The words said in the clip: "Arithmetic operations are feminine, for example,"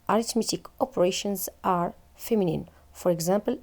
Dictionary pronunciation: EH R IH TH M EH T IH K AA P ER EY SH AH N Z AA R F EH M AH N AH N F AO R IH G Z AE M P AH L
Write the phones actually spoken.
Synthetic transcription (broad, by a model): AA R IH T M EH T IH K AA P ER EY SH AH N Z AA R F EH M AH N AH N F AO R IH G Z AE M P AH L